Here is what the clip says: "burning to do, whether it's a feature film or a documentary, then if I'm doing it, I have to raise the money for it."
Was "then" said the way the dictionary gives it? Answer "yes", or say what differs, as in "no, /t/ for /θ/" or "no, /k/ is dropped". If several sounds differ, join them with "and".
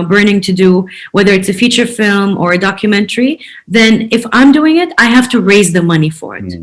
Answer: yes